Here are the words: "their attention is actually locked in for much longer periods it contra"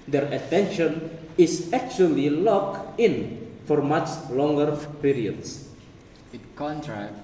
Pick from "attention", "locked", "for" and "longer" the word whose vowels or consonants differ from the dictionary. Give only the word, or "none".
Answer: locked